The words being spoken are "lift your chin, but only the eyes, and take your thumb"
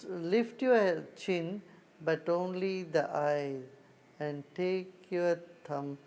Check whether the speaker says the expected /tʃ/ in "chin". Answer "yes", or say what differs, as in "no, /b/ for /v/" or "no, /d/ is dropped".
yes